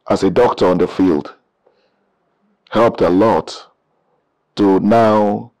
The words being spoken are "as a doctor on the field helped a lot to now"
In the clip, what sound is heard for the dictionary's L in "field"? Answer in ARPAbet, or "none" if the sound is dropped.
L